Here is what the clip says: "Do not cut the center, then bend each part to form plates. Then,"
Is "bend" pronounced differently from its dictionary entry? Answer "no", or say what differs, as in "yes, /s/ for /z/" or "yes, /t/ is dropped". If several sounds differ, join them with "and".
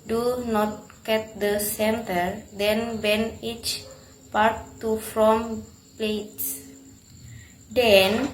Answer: yes, /d/ is dropped